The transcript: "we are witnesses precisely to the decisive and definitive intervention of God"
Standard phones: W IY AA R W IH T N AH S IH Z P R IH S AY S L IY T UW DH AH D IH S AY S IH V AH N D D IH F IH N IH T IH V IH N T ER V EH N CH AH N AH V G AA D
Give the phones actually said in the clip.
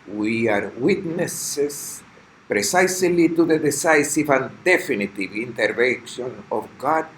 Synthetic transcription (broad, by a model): W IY AA R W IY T N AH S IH S P R IH S AY S L IY T UW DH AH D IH S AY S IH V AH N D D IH F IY N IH T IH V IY N T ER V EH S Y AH N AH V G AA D